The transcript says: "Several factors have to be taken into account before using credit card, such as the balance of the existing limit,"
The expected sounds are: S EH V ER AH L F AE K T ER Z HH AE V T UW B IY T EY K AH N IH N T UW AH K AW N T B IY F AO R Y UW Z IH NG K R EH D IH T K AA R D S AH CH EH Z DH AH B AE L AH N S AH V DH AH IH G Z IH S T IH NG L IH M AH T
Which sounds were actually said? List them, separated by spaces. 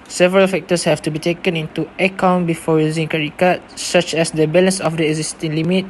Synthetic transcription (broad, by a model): S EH V ER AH L F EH K T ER S HH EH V T UW B IY T EY K AH N IH N T UW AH K AW N B IY F AO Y UW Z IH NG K EH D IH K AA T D S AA CH EH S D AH B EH L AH N S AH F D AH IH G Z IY S T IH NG L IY M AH T